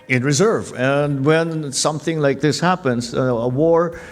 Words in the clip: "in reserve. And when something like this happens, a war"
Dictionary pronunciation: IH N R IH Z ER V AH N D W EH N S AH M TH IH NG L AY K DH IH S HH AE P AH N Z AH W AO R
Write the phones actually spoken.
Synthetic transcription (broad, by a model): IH N R IH Z ER V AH N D W EH N S AH M TH IH NG L AY K DH IH S HH AE P AH N Z AH W AO R